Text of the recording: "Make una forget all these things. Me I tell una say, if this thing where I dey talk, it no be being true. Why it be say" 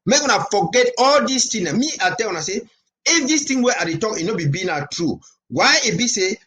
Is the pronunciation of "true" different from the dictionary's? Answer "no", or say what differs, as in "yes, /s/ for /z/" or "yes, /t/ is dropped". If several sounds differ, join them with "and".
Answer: no